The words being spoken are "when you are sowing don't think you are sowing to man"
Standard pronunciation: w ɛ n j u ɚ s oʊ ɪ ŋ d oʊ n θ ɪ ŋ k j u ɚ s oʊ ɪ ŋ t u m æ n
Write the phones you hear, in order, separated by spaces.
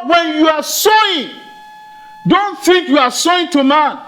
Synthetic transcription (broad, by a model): w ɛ n j u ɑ s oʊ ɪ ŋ d oʊ n f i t j u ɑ s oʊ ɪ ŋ t u m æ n